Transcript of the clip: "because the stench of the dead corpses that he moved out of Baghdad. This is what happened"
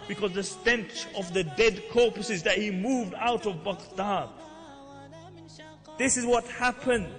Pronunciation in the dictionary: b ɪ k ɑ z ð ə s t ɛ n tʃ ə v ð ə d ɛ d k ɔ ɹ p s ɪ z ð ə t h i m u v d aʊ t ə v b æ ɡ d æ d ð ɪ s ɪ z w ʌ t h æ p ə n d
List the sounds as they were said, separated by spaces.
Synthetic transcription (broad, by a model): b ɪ k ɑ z ð ə s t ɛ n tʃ ə v ð ə d ɛ d k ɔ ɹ p s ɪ z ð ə t h i m u v d aʊ t ə v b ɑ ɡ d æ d ð ɪ s ɪ z w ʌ t h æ p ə n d